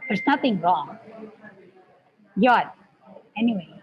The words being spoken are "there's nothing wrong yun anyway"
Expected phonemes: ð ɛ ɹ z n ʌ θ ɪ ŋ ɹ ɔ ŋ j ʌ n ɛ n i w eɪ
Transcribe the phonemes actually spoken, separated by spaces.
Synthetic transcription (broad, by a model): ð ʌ ɹ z n ʌ θ ɪ ŋ ɹ ɔ ŋ j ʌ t ɛ n i w eɪ